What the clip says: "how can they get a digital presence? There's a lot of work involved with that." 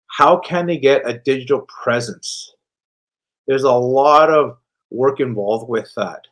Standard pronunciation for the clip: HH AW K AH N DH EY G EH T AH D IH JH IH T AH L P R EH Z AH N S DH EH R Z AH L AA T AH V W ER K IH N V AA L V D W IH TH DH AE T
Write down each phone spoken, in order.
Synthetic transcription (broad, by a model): HH AW K AH N DH EY G EH T AH D IH JH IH T L P R EH Z AH N S DH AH R Z AH L AA T AH V W ER K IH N V AA L V D W IH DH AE T